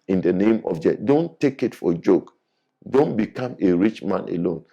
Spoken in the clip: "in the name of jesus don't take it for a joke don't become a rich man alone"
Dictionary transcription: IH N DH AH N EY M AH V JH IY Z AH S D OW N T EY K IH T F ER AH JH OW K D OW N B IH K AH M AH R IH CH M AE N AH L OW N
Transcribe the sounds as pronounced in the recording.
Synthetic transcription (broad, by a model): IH N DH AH N EY M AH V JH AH D OW N T EY K IH T F AH JH OW K D OW N B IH K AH M AH R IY CH M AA N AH L OW N